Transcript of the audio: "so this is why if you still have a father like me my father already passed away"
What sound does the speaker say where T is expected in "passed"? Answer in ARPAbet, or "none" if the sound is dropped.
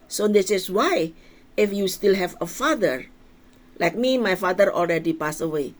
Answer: none